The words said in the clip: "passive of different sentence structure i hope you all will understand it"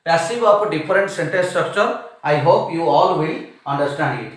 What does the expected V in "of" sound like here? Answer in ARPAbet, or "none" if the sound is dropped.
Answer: P